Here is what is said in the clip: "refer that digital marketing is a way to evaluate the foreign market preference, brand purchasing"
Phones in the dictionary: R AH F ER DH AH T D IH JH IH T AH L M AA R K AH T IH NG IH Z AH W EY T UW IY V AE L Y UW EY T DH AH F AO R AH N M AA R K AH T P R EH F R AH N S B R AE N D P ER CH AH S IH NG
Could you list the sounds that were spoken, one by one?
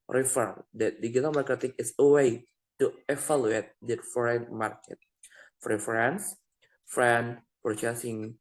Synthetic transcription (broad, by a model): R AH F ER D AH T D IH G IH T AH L M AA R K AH T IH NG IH S AH W EY T UW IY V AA L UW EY T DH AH F AO R AH N M AA R K AH T F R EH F R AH N S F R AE N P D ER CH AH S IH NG